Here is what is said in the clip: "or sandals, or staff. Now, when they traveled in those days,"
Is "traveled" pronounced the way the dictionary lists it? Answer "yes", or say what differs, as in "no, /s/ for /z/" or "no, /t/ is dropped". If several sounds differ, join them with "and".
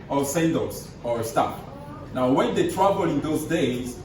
no, /d/ is dropped